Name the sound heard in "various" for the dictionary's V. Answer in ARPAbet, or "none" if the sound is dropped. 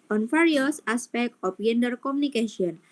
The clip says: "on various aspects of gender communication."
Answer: F